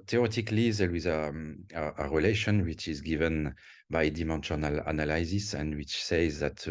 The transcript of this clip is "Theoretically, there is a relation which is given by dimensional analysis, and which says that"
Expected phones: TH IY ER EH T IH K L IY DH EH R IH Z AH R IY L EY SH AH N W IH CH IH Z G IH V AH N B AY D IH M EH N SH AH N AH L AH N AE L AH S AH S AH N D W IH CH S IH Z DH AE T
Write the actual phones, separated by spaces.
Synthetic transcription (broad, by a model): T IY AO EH T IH K L IY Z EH L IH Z AH R IY L EY SH AH N W IH CH IH Z G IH V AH N B AY D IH M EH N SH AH N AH L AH N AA L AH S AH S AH N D W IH CH S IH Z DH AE T